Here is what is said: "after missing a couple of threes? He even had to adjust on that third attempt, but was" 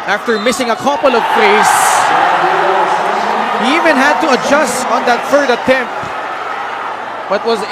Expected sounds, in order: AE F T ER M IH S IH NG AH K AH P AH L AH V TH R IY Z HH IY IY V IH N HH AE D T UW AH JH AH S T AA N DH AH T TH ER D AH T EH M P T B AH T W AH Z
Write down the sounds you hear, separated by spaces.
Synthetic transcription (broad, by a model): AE F T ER M IH S IH NG AH K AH P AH L AH V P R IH S HH IY IY V IH N HH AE D T UW AH JH AH S T AA N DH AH T F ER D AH T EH M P B AH T W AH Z